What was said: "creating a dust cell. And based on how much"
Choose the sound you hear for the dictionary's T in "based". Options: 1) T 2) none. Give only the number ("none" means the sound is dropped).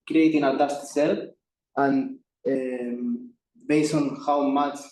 2